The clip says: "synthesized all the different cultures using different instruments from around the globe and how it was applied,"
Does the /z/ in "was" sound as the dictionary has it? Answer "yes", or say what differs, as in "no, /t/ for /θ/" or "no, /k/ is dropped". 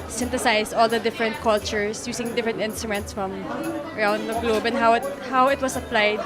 no, /s/ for /z/